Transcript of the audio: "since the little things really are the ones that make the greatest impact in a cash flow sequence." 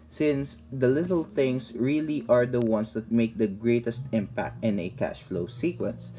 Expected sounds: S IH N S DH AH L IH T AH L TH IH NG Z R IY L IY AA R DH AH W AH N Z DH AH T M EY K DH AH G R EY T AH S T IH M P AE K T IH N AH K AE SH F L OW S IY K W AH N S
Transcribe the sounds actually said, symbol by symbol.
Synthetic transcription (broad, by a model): S IH N S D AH L IH T AH L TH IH NG S R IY L IY AA R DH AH W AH N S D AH T M EY K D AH G R EY T AH S T IH M P AE K T IH N AH K AE SH F L OW S IY K W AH N S